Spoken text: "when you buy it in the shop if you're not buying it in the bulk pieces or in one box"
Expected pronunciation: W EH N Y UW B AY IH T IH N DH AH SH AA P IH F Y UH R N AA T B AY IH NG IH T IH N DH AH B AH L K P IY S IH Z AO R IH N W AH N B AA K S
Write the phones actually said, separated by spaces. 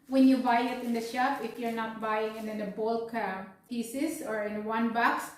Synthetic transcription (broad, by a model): W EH N Y UW B AY IH T IH N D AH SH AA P IH F Y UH R N AA T B AY IH NG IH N IH N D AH B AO L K P IY S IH S AO R IH N W AH N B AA K S